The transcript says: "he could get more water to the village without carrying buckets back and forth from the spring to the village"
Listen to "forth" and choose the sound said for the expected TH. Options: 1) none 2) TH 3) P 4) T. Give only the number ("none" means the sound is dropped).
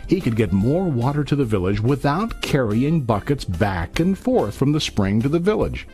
2